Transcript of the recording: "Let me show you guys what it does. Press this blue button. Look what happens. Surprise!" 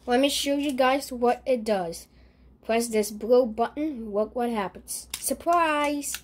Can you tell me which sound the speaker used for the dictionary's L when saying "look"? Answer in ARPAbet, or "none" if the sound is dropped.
W